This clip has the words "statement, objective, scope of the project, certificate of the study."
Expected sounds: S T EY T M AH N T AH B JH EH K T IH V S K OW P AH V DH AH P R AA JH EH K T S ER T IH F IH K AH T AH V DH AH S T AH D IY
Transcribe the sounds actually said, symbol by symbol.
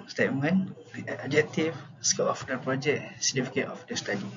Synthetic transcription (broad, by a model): S T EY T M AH N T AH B JH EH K T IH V S K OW AH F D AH P R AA JH EH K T S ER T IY F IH K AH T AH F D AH S T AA D IY